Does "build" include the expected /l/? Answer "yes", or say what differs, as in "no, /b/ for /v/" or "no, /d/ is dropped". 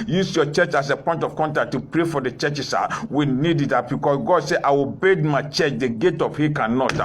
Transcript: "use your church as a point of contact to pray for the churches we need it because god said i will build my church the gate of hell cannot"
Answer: no, /l/ is dropped